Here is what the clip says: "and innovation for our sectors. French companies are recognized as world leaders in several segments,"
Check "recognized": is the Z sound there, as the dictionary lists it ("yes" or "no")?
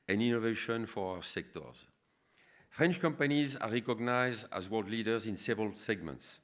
yes